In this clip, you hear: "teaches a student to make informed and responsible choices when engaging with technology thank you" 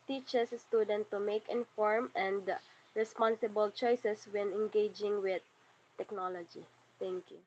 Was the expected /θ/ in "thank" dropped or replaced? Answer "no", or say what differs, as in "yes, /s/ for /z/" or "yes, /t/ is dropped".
yes, /t/ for /θ/